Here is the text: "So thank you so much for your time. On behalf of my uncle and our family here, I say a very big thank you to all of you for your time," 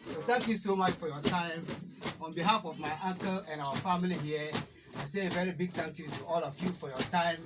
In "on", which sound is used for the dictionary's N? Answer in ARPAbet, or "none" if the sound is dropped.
N